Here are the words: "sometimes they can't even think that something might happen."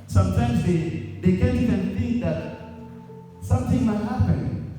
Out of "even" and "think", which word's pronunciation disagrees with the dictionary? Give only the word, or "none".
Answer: even